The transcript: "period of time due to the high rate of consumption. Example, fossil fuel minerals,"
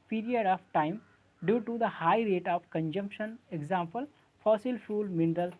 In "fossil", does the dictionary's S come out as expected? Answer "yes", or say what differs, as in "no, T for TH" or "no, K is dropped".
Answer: yes